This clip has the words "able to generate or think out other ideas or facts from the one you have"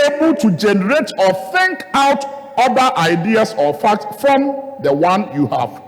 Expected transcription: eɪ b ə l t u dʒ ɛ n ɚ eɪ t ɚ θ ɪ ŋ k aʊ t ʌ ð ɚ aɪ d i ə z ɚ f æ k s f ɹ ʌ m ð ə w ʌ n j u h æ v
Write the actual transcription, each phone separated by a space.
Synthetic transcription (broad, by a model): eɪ b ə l t u dʒ ɛ n ɚ eɪ t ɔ θ ɪ ŋ k aʊ t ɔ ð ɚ aɪ d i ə s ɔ f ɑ k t f ɹ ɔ m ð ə w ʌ n j u h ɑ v